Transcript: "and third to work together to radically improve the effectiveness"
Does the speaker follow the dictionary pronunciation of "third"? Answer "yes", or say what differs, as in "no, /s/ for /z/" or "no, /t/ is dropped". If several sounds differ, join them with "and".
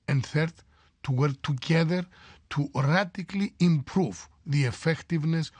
yes